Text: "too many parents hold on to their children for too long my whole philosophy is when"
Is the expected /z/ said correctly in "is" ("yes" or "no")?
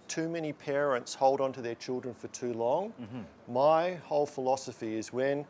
yes